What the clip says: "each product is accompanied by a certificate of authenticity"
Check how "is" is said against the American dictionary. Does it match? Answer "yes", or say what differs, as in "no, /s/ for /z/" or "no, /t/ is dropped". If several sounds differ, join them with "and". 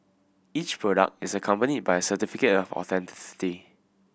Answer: no, /s/ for /z/